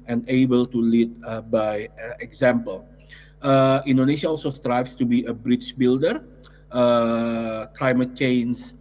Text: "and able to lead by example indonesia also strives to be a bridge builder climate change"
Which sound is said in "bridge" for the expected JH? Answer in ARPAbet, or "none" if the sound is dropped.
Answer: CH